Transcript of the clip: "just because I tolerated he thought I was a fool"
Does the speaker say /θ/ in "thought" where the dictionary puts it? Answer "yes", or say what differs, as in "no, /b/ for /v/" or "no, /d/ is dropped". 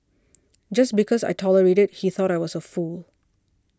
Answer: yes